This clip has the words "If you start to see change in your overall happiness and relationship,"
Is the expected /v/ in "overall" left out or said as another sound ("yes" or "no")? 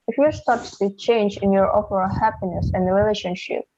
yes